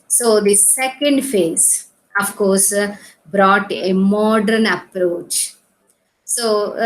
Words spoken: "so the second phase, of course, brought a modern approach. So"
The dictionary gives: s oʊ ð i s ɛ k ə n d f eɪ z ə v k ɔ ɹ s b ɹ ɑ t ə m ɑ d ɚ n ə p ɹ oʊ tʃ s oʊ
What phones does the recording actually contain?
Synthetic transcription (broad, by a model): s oʊ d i s ɛ k ə n d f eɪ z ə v k ɔ ɹ s b ɹ ɑ t ə m ɑ d ɚ n ə p ɹ oʊ tʃ s oʊ